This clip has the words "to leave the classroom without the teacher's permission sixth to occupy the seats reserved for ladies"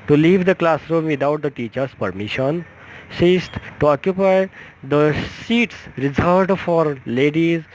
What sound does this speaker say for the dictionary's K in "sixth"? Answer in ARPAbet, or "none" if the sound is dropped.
none